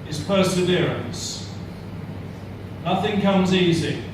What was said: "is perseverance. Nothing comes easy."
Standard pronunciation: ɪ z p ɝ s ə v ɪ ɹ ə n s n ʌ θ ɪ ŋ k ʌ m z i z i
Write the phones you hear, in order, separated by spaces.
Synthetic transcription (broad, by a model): ɪ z p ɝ s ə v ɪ ɹ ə n s n ʌ θ ɪ ŋ k ʌ m z i z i